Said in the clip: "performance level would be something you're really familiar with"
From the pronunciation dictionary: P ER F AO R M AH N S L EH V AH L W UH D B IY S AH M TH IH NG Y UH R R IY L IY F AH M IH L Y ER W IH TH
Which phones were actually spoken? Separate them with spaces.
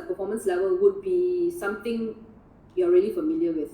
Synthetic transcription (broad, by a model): P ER F AO M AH N S L EH V AH L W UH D B IY S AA M T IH NG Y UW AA R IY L IY F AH M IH L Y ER W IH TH